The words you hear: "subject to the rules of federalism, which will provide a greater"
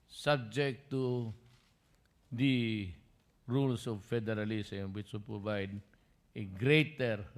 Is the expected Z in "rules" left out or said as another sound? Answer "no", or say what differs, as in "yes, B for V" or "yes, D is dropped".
yes, S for Z